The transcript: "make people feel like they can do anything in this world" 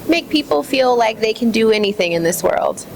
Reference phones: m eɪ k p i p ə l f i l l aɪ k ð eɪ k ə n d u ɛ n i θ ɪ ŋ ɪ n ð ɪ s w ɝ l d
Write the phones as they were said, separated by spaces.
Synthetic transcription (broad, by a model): m eɪ k p i p l f i l l aɪ k ð eɪ k ə n d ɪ ɛ n i θ ɪ ŋ ɪ n ð ɪ s w ɝ l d